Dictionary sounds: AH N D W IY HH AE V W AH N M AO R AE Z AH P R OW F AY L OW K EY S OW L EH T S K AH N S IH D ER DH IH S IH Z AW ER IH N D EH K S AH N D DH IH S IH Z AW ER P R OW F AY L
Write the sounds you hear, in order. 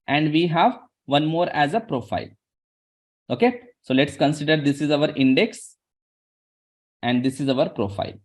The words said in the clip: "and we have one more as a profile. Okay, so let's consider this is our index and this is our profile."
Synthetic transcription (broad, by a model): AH N D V IY HH AE V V AH N M AO R AE Z AH P R OW F AY L OW K EY S OW L EH T S K AH N S IH D ER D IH S IH Z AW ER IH N D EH K S AH N D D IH S IH Z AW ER P R OW F AY L